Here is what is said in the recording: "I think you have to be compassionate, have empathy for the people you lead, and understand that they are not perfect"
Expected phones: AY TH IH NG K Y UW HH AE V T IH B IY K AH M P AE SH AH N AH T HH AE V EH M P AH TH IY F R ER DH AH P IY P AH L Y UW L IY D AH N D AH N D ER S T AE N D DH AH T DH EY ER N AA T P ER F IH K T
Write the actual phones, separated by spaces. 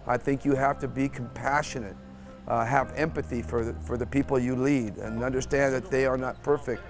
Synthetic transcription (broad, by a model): AY TH IH NG K Y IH HH AE F T IH B IY K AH M P AE SH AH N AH T HH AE V EH M P AH TH IY F R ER DH AH P IY P L Y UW L IY D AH N AH N D ER S T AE N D DH AH T DH EY ER N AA T P ER F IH K T